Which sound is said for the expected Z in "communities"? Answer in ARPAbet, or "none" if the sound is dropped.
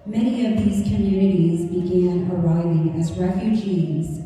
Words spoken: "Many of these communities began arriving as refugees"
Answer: Z